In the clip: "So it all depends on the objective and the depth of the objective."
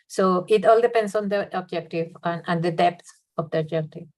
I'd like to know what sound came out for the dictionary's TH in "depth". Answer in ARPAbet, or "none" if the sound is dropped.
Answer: S